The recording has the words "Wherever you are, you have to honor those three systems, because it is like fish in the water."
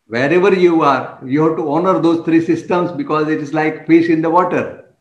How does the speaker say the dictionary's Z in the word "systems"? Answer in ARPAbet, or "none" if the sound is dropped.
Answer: S